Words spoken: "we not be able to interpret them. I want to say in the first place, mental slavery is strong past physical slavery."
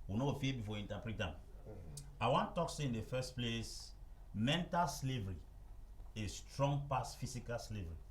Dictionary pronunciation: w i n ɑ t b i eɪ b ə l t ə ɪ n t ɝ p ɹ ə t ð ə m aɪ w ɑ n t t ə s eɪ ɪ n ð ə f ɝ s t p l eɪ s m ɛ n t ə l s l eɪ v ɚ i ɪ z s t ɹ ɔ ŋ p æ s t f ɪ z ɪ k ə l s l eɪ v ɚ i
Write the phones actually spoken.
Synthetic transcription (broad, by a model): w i n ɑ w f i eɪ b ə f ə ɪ n t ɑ p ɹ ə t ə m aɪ w ɑ n t t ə s eɪ ɪ n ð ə f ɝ s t p l eɪ s m ɛ n t ə l s l eɪ v ɚ i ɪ s t ɹ ɔ ŋ p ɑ s f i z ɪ k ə l s l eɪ v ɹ i